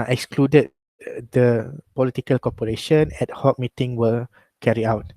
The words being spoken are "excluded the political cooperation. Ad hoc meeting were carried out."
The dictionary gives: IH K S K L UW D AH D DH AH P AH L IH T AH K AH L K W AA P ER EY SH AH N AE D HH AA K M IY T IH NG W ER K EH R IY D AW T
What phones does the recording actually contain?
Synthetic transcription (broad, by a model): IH K S K L UW D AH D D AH P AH L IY T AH K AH L K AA P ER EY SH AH N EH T HH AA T M IY T IH NG W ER K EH R IY AW T